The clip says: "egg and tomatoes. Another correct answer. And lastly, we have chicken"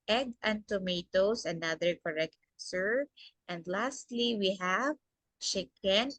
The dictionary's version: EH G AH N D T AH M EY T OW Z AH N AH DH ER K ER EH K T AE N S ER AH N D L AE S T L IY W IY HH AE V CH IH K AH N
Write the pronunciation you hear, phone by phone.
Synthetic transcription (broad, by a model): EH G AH N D T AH M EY T OW S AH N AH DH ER K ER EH K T S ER AH N D L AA S T L IY W IY HH AE V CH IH K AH N